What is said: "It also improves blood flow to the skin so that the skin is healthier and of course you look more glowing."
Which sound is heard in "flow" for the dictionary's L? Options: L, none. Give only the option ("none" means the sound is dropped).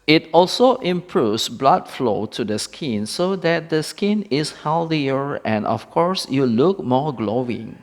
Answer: L